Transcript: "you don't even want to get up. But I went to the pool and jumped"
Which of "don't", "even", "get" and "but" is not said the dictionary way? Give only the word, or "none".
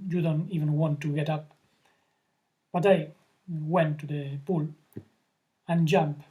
none